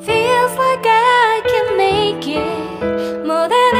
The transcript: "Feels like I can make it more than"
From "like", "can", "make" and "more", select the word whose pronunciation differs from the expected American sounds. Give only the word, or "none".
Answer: like